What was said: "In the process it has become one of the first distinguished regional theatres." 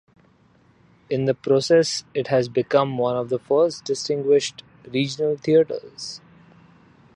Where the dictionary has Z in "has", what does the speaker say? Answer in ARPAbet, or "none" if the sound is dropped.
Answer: Z